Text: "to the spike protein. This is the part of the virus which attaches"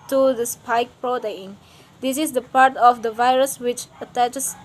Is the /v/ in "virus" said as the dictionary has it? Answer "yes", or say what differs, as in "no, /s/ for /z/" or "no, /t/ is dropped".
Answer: yes